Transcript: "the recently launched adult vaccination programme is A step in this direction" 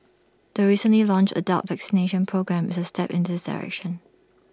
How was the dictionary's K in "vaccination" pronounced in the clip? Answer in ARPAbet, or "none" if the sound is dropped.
K